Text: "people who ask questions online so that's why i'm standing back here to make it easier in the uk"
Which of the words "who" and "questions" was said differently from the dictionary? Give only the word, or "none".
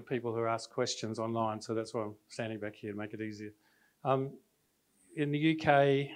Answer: none